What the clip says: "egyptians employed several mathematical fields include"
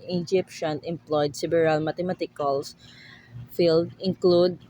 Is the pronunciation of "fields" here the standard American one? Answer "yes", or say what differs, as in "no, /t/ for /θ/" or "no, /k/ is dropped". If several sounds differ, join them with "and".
no, /z/ is dropped